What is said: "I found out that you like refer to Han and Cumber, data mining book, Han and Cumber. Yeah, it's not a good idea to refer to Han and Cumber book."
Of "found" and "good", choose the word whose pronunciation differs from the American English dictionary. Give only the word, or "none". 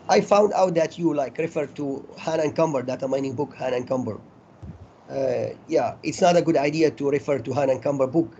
none